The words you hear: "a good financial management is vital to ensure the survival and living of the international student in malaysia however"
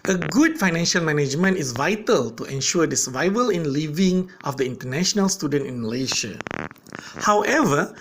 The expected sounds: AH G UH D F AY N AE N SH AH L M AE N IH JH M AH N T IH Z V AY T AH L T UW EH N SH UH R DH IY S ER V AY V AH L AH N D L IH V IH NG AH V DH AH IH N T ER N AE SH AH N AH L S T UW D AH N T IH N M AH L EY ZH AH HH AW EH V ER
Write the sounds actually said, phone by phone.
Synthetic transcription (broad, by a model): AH G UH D F AY N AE N SH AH L M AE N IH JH M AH N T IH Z V AY T AH L T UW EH N SH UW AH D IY S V AY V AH L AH N L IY V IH NG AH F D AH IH N T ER N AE SH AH N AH L S T UW D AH N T IH N M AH L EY SH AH HH AW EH V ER